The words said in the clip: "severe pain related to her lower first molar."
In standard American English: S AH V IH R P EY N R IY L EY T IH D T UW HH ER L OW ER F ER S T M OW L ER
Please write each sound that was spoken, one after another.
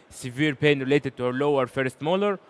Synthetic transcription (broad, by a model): S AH V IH R P EY N R IY L EY T IH D T UW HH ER L OW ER F ER S T M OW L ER